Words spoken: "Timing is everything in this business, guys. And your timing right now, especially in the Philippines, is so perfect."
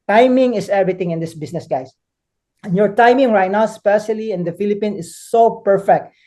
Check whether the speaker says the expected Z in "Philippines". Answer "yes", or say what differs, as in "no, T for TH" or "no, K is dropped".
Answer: no, Z is dropped